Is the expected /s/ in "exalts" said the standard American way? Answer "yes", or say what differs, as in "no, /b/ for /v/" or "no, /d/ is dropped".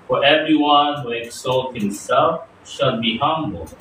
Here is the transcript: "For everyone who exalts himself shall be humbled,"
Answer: no, /s/ is dropped